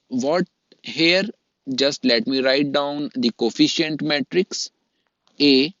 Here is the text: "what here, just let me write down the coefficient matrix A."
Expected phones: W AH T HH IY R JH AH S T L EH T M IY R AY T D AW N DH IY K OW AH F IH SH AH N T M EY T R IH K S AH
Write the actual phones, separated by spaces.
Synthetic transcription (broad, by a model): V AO T HH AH R JH AH S T L EH T M IY R AY T D AW N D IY K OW F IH SH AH N T M EY T R IH K S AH